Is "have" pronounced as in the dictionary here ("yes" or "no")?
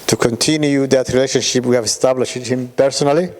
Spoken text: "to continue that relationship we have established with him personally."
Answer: yes